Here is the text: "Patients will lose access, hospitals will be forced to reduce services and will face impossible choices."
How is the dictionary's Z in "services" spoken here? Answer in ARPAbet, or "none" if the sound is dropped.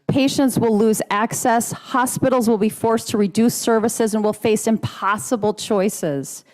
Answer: Z